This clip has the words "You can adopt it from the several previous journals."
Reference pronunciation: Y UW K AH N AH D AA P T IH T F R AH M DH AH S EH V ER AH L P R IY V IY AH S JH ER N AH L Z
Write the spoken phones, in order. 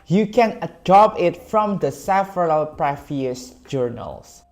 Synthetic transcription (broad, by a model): Y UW K AH N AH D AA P IH T F R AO M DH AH S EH F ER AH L P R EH F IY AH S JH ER N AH L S